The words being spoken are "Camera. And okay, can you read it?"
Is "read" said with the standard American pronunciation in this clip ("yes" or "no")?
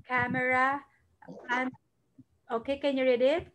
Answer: yes